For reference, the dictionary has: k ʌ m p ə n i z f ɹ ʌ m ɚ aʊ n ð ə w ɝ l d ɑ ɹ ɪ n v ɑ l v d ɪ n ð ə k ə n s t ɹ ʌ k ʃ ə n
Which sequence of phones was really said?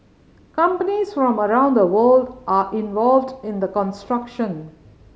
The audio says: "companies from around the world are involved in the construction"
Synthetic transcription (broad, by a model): k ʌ m p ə n i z f ɹ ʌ m ɚ aʊ n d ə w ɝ l d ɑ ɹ ɪ n v ɑ l v d ɪ n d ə k ə n s t ɹ ʌ k ʃ ə n